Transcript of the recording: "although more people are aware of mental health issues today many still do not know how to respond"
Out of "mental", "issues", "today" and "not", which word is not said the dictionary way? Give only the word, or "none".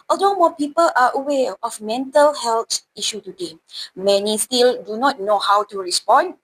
issues